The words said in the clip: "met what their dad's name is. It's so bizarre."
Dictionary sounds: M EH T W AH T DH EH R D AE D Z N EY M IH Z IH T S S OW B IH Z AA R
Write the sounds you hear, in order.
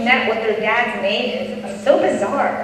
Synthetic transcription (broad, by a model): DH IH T W AH T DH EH R D AE D Z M EY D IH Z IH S S OW B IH Z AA R